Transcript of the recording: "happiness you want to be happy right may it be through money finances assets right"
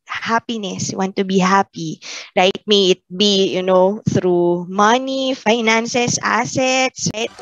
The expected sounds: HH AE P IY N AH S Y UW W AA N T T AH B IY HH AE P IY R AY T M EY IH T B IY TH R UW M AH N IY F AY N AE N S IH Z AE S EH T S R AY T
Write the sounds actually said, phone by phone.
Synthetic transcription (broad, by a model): HH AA P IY N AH S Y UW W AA N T T AH B IY HH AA P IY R AY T M EY IH T B IY TH R UW M AH N IY F AY N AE N S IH S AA S EH T S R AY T